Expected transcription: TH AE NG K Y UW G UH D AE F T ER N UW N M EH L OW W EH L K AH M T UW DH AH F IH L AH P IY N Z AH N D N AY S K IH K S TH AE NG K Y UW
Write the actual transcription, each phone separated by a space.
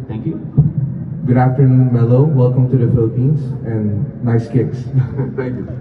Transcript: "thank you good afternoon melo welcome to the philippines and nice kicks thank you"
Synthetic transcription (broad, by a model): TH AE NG K Y UW G UH D AE F T ER N UW N M EH L OW W EH L K AH M T UW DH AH F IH L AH P IY N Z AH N N AY S K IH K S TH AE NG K Y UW